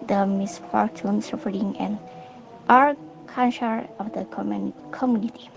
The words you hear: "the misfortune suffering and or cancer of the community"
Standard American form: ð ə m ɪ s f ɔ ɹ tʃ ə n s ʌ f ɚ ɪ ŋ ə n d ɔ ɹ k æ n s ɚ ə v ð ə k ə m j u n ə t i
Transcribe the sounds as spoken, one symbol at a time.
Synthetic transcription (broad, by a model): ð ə m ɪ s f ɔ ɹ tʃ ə n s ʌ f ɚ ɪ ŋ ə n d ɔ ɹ k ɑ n ʃ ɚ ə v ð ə k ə m j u n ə t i